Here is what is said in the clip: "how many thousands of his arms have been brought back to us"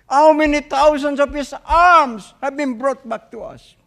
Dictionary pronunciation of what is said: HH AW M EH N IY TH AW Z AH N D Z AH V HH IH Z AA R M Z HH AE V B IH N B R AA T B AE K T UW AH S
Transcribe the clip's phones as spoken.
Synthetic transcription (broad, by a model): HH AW M EH N IY T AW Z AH N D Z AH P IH S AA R M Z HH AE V B IH N B R AA T B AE K T UW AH S